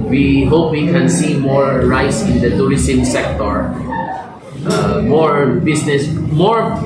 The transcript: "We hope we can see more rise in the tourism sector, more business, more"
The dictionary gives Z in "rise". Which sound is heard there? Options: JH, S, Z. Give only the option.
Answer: S